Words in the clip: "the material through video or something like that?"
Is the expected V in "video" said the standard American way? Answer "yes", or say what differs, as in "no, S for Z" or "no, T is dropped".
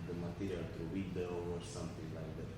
no, W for V